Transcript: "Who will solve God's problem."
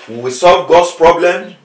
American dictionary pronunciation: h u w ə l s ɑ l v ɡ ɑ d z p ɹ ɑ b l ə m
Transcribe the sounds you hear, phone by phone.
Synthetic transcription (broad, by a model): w w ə s ɑ l v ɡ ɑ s p ɹ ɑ b l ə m